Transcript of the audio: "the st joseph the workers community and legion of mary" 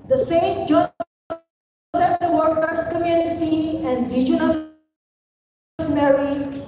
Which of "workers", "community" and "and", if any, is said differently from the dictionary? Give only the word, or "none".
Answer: workers